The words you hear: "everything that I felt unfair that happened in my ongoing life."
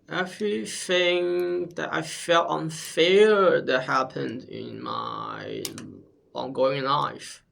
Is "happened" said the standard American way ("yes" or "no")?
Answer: yes